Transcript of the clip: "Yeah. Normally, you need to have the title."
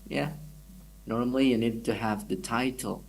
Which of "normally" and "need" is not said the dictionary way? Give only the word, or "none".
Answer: none